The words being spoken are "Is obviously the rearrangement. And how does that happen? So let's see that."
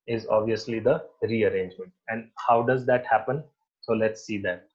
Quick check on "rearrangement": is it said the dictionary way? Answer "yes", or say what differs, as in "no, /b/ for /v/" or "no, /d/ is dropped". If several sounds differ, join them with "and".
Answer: yes